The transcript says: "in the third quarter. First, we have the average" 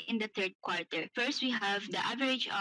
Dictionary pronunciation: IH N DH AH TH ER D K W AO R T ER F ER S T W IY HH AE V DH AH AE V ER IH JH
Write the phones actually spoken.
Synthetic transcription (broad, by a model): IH N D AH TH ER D K W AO R T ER F ER S T W IY HH AE V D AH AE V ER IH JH